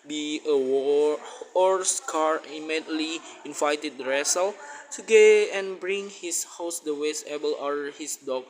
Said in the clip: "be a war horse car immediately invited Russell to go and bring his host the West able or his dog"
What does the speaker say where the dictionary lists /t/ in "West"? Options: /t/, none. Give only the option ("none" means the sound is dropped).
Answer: none